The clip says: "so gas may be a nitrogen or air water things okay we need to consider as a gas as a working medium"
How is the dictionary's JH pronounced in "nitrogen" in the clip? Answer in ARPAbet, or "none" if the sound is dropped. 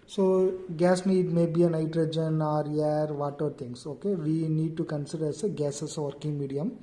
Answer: JH